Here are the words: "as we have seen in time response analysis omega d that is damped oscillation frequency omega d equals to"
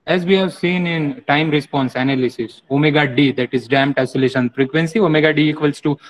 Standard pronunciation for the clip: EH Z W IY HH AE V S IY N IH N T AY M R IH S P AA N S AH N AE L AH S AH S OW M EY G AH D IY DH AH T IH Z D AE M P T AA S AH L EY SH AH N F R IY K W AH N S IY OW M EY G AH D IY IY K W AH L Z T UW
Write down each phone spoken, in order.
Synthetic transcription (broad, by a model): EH Z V IY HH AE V S IY N IH N T AY M R IH S P AA N S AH N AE L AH S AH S OW M EY G AH D IY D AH T IH Z D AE M T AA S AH L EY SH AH N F R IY K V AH N S IY OW M EY G AH D IY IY K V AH L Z T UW